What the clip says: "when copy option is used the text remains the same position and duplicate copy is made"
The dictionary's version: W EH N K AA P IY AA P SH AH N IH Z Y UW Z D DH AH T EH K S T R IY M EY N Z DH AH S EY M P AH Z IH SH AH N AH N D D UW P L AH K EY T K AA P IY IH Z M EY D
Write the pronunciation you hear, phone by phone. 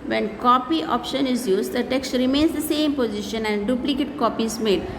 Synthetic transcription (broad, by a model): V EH N K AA P IY AA P SH AH N IH Z Y UW Z D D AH T EH K S T R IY M EY N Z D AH S EY M P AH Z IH SH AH N AH N D D UW P L AH K EY T K AA P IY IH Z M EY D